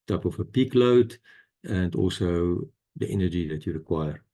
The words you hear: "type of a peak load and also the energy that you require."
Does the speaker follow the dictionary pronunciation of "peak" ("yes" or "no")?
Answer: yes